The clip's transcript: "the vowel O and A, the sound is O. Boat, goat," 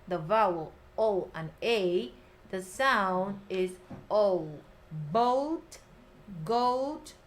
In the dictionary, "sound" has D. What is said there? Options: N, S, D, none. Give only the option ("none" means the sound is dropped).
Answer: D